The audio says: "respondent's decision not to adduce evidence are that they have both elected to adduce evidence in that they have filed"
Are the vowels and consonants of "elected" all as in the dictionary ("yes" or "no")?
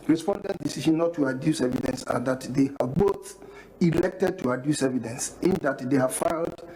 yes